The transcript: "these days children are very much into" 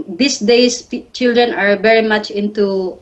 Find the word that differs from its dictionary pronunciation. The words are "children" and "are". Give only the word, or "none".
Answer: none